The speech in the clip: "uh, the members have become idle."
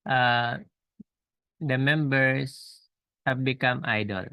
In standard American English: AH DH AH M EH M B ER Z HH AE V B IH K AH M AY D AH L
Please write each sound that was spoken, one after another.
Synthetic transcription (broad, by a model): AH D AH M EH M B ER S HH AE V B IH K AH M AY D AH L